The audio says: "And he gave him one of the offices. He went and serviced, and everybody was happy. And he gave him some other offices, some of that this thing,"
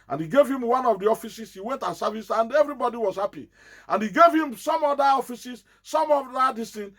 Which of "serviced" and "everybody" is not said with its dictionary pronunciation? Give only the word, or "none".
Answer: serviced